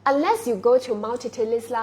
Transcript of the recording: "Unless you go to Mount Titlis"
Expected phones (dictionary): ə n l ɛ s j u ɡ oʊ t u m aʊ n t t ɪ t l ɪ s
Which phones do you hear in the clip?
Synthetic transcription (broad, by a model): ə n l ɛ s j u ɡ oʊ t u m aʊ l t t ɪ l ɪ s